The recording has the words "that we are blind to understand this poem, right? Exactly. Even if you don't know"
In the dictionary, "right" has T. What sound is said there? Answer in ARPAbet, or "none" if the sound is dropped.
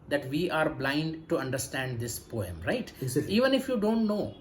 none